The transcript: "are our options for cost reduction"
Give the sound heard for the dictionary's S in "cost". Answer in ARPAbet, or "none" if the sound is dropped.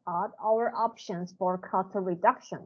none